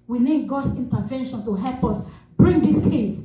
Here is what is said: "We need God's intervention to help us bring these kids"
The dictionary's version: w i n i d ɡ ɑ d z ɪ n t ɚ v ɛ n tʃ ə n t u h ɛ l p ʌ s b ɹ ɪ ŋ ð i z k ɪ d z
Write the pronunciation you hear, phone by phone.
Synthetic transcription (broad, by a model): w i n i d ɡ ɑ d s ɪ n t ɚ v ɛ n ʃ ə n t u h ɛ l p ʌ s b ɹ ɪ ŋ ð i s k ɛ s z